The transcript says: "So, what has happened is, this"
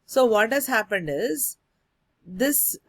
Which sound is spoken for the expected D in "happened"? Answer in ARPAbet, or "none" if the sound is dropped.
D